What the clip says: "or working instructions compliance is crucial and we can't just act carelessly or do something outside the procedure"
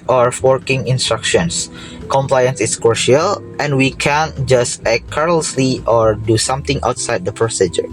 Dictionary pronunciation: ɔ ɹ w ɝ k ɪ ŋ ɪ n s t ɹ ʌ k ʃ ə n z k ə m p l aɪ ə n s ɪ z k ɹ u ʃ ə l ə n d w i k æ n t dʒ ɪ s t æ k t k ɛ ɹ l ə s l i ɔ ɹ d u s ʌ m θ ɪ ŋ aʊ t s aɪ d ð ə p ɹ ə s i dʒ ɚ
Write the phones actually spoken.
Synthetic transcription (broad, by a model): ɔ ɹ w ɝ k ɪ ŋ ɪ n s t ɹ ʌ k ʃ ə n s k ə m p l aɪ ə n s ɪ s k u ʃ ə l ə n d w i k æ n dʒ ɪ s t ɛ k k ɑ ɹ l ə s l i ɔ ɹ d u s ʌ m t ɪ ŋ aʊ t s aɪ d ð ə p ɹ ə s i dʒ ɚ